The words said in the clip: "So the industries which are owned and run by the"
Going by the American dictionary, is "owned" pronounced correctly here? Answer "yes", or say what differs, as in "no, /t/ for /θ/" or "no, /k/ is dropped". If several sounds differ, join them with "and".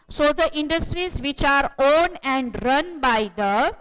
no, /d/ is dropped